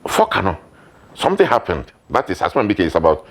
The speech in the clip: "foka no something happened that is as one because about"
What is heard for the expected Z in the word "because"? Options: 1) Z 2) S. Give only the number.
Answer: 2